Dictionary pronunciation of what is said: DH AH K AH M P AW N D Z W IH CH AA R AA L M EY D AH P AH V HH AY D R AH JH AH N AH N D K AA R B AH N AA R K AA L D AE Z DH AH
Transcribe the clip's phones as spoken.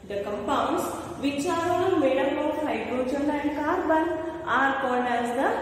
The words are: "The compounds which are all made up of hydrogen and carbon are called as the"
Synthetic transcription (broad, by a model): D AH K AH M P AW N D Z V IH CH AA R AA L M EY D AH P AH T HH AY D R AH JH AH L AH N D K AA R B AH N AA R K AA N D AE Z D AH